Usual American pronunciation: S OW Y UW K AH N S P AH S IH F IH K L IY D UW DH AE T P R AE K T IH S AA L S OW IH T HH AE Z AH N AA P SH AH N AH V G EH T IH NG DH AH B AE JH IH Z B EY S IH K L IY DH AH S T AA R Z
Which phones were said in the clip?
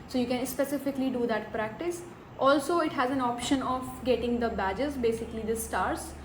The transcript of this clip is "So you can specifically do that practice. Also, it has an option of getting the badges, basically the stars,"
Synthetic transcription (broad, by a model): S OW Y UW K AH N S P AH S IH F IH K L IY D UW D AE T P R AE K T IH S AA L S OW IH T HH AE Z AH N AA P SH AH N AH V G EH T IH NG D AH B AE JH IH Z B EY S IH K L IY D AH S T AA R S